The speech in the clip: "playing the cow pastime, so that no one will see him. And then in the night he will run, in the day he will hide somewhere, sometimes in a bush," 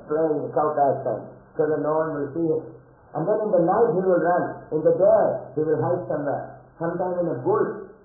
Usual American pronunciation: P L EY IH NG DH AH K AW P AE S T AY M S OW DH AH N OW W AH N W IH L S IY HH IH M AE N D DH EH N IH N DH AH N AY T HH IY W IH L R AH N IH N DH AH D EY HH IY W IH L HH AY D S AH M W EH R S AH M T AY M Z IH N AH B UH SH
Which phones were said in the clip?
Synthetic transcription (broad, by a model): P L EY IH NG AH K AW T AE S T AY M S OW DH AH N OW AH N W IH L S IY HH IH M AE N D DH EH N IH N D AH N AY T HH IY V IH L R AH N IH N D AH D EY HH IY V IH L HH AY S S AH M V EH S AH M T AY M IH N AH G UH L